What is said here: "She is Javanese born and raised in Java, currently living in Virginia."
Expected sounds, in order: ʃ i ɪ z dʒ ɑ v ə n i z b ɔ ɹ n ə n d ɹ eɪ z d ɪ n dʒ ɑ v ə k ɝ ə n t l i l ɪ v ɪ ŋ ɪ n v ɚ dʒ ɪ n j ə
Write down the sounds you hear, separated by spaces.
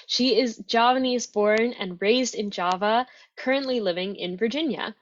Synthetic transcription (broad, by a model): ʃ i ɪ z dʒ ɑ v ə n i z b ɔ ɹ n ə n ɹ eɪ z d ɪ n dʒ ɑ v ə k ɝ ə n t l i l ɪ v ɪ ŋ ɪ n v ɚ dʒ ɪ n j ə